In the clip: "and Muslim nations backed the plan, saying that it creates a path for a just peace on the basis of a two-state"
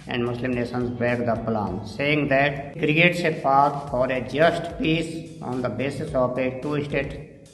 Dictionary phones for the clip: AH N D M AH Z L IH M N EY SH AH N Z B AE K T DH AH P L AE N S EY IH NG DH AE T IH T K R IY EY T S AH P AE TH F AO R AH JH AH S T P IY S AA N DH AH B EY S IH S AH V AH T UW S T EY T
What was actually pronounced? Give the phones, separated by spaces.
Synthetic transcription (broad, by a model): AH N D M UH S L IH M N EY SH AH N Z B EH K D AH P L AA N S EY IH NG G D IH T K R IY EY T S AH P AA T F AO R AH JH AH S T P IY S AA N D AH B EY S IH S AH P AH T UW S T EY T